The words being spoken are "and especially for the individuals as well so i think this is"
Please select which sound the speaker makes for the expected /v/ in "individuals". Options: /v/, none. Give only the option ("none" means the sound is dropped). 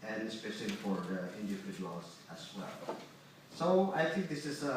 none